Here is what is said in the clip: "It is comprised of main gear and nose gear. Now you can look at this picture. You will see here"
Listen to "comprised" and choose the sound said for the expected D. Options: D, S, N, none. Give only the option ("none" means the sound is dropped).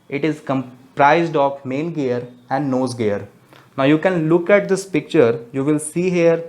D